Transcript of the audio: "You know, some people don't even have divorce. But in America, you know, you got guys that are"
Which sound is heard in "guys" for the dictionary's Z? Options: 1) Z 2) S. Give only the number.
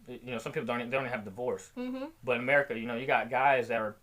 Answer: 1